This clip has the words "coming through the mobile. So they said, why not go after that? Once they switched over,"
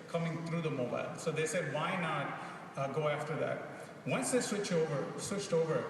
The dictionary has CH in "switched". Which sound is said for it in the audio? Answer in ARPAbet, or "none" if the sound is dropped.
CH